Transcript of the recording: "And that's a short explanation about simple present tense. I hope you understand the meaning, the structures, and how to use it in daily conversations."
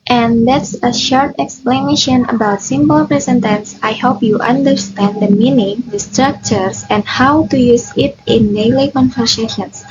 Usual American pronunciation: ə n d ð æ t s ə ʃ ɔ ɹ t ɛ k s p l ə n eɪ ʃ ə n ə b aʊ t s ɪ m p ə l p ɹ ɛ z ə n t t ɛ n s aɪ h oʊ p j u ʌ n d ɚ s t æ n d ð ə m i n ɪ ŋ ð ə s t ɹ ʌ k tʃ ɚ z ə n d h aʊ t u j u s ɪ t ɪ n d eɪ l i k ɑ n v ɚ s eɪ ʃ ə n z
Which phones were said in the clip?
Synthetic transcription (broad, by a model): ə n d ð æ t s ə ʃ ɔ ɹ t ɛ k s p l ə n eɪ ʃ ə n ə b aʊ t s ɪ m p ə l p ɹ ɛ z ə n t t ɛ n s aɪ h oʊ p j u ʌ n d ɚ s t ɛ n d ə m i n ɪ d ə s t ɹ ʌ k tʃ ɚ s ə n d h aʊ t u j u s ɪ t ɪ n d eɪ l i k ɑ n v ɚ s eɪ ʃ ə n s